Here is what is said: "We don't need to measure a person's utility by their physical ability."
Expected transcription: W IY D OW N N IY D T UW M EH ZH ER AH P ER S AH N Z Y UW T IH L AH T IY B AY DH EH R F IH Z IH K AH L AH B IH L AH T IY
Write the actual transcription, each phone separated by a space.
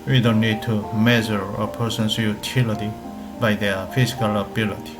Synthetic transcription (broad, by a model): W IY D OW N N IY D T UW M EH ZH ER AH P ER S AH N S Y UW T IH L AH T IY B AY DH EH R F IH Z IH K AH L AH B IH L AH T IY